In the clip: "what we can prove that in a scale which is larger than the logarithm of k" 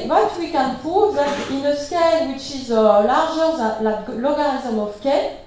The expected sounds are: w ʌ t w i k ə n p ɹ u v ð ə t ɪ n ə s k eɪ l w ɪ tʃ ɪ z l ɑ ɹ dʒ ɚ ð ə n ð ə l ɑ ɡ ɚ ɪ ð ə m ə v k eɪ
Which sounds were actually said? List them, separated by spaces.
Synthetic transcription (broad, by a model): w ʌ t w i k ə n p u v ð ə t ɪ n ə s k eɪ l w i tʃ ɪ z l ɑ ɹ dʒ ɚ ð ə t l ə l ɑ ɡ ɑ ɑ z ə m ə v k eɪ